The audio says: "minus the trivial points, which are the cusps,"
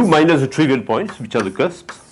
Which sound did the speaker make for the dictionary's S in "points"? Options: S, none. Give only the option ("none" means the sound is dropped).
S